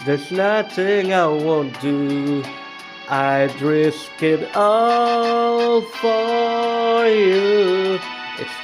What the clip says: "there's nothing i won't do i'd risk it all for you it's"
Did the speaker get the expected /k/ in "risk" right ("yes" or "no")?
yes